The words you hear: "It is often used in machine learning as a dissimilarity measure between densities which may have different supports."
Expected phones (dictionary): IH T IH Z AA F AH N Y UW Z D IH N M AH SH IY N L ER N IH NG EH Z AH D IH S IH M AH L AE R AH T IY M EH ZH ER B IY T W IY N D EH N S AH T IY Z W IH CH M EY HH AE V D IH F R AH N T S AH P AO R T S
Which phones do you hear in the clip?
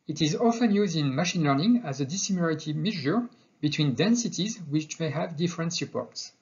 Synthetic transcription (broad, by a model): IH T IH Z AA F AH N Y UW Z D IH N M AH SH IY N L ER N IH NG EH Z AH D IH S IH M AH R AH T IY M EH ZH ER B IY T W IY N D EH N S AH T IY Z W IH CH M EY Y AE V D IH F R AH N T S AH P AO R T S